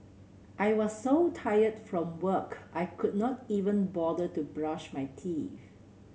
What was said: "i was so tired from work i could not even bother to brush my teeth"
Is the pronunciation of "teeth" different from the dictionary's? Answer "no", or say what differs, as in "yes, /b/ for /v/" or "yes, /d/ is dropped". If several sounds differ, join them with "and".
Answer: yes, /f/ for /θ/